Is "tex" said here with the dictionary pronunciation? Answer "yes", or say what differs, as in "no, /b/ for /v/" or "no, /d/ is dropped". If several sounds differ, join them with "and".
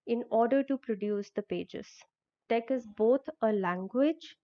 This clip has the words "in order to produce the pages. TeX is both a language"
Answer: no, /s/ is dropped